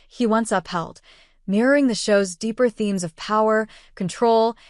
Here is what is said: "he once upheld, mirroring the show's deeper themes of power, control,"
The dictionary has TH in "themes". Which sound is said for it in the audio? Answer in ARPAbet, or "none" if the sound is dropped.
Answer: TH